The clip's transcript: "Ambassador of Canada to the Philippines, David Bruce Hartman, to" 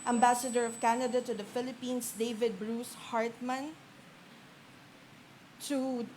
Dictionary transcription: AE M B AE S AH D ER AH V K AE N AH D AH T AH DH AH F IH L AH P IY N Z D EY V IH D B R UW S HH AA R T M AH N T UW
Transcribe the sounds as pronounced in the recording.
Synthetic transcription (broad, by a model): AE M B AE S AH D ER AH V K AE N AH D AH T AH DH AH F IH L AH P IY N S D EY V IH D B R UW S HH AA R T M AH N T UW